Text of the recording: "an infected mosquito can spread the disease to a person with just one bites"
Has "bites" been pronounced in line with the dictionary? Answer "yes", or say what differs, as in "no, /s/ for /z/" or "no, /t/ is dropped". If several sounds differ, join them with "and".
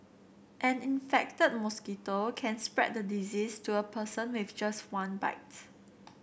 no, /s/ is dropped